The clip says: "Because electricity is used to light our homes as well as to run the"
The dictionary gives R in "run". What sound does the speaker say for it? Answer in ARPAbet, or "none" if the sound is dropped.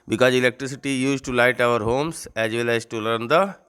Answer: L